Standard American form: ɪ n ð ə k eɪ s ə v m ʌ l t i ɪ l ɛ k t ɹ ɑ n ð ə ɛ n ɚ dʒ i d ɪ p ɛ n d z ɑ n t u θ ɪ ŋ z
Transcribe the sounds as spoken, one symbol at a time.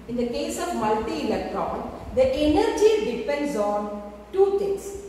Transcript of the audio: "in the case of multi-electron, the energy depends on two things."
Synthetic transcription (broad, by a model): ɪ n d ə k eɪ s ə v m ʌ l t i ɪ l ɛ k t ɹ ɑ n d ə ɛ n ɚ dʒ i d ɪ p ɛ n d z ɑ n t u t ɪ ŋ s